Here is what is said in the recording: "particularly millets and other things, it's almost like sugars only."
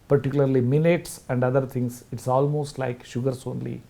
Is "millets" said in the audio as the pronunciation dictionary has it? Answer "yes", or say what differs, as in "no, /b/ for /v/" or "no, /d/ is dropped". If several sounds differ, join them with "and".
no, /n/ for /l/